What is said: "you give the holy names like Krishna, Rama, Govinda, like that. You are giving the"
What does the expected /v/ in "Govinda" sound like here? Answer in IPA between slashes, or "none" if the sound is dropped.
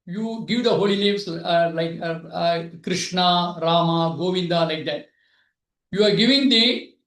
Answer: /v/